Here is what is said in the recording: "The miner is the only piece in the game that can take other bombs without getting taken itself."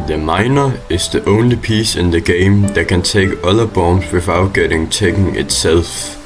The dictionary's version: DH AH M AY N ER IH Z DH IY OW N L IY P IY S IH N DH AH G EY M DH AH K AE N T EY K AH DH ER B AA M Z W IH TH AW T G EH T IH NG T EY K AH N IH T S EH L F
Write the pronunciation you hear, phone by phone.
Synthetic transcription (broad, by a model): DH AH M AY N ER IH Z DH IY OW N L IY P IY S IH N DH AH G EY M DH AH K AE N S EY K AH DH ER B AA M S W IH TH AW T G EH T IH NG S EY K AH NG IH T S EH L F